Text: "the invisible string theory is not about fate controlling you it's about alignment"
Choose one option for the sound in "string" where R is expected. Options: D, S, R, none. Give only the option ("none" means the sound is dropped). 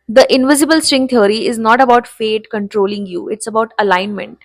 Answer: R